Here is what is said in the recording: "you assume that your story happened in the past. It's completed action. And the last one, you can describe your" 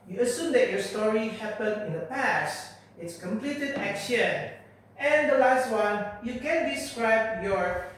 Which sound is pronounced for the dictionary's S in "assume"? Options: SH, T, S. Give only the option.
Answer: S